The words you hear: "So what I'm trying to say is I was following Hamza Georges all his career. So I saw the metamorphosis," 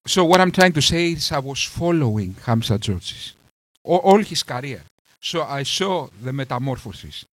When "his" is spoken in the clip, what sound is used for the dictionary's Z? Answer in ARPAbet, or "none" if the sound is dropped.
S